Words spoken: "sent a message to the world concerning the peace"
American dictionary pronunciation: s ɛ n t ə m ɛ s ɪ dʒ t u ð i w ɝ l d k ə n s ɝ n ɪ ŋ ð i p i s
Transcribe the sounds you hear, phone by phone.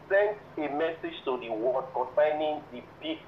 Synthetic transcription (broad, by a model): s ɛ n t ə m ɛ s ɪ dʒ t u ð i w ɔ d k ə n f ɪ n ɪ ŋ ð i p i